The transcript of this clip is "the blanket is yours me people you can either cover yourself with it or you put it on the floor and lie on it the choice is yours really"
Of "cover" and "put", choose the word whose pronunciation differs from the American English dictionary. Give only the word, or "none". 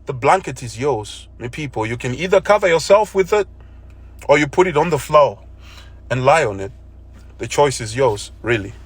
none